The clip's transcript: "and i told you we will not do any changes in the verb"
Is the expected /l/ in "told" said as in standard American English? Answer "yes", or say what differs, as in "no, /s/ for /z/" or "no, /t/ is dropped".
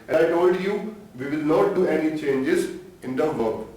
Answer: yes